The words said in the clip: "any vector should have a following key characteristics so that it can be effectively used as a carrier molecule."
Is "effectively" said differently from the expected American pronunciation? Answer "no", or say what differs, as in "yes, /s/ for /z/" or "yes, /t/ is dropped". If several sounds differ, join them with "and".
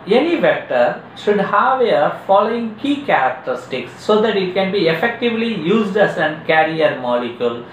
no